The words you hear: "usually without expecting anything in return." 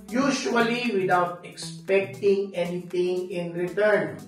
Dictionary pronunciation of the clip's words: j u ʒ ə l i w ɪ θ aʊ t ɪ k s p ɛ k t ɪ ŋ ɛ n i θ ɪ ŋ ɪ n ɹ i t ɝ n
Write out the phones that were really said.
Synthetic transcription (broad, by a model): j u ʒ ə l i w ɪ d aʊ t ɪ k s p ɛ k t ɪ ŋ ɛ n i t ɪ ŋ ɪ n ɹ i t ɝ n